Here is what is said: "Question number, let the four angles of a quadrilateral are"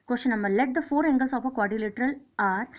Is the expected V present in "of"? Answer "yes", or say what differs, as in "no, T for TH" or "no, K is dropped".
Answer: no, P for V